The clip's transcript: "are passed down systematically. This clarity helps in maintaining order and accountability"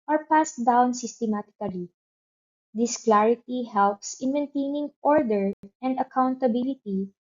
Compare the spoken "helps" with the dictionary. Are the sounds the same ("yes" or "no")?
yes